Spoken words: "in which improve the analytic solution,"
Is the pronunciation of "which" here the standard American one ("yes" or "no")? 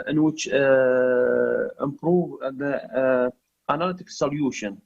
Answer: yes